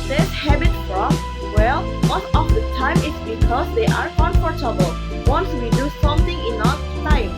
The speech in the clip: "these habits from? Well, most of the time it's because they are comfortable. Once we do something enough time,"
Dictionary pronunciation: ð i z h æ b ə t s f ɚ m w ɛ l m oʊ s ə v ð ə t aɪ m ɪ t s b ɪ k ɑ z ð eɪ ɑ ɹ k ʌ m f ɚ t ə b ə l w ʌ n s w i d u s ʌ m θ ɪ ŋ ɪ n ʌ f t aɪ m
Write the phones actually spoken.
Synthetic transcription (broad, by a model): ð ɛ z h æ b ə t f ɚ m w ɛ l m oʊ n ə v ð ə t aɪ m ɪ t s b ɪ k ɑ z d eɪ ɑ ɹ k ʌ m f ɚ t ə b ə l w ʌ n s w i d u s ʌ m t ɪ ŋ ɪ n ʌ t aɪ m